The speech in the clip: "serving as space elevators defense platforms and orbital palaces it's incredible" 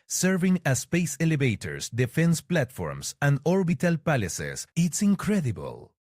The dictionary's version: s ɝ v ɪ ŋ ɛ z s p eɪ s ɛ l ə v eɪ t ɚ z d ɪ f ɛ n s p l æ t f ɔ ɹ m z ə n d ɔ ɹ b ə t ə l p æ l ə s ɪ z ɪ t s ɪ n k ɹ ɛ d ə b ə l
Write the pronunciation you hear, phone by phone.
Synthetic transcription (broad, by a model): s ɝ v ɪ ŋ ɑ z s p eɪ s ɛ l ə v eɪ t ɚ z d ɪ f ɛ n s p l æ t f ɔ ɹ m s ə n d ɔ ɹ b ə t ə l p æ l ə s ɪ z ɪ t s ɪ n k ɹ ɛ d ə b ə l